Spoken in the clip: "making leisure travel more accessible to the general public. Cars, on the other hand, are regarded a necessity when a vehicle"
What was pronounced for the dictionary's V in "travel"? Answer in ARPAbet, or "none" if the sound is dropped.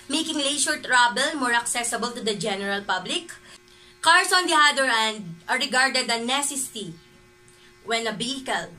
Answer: B